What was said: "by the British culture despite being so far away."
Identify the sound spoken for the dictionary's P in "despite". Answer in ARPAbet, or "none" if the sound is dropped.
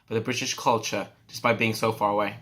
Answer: B